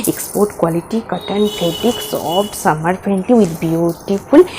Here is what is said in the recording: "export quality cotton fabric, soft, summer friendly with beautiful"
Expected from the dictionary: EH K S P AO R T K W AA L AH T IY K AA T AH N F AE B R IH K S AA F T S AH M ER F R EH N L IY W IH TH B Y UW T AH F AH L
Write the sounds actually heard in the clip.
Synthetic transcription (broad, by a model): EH K S P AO R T K W AA L AH T IY K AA T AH N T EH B IH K S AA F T S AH M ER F R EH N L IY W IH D B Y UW T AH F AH L